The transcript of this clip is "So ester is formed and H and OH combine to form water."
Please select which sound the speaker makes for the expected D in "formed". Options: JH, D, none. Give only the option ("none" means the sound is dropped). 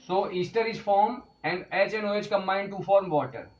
none